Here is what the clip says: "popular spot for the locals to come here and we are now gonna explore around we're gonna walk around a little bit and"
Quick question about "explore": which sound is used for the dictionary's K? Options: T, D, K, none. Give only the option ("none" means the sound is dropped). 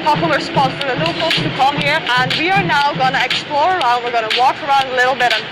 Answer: K